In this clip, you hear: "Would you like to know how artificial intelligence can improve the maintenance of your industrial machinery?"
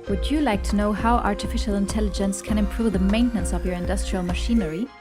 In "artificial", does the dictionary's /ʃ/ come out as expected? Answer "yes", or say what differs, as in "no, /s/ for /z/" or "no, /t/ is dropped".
yes